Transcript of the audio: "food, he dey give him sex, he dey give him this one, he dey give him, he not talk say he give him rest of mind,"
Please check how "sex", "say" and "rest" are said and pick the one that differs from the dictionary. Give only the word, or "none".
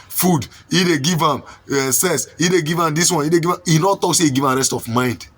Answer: sex